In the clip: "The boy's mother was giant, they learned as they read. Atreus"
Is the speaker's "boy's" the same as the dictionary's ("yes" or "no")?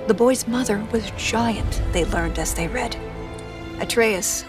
yes